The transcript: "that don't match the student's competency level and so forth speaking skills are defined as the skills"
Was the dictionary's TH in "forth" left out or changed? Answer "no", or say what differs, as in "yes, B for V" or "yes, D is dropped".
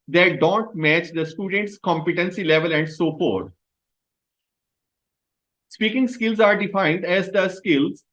yes, T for TH